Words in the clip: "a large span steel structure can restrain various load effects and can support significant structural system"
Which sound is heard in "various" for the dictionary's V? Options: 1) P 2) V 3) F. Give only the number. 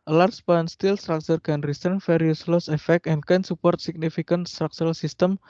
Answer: 3